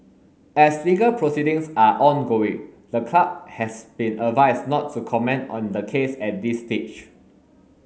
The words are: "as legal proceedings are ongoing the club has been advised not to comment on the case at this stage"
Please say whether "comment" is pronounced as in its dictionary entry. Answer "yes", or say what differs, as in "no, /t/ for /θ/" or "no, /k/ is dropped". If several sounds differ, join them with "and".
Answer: yes